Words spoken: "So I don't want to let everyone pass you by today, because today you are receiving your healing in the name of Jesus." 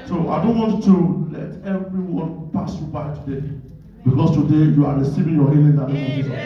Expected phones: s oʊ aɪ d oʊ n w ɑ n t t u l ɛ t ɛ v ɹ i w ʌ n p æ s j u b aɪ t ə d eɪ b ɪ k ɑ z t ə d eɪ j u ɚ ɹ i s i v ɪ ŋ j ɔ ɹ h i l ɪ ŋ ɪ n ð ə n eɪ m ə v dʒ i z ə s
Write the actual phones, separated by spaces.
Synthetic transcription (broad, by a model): s oʊ aɪ d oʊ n w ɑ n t t u l ɛ t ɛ v ɹ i w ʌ n p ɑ s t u b aɪ t ə d eɪ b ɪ k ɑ s t ə d eɪ j u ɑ ɹ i s i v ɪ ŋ j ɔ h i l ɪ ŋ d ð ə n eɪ ə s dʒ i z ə